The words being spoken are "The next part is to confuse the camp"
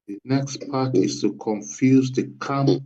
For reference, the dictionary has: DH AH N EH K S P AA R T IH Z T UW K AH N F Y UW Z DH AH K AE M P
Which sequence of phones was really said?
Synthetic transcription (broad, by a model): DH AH N EH K S P AA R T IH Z T UW K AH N F Y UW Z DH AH K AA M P